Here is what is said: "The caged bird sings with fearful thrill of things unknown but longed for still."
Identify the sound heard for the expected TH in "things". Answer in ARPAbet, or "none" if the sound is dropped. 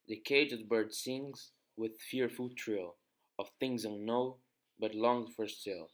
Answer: TH